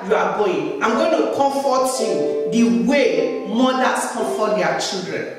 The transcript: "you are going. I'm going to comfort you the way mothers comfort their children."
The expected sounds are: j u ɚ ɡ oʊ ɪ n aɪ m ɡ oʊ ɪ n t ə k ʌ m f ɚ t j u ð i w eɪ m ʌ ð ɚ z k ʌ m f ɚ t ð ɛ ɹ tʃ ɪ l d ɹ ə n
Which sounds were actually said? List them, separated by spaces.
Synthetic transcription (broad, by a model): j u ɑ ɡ oʊ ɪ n aɪ m ɡ oʊ ɪ n t ə k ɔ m f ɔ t j u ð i w eɪ m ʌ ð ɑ s k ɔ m f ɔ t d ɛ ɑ tʃ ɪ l d ɹ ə n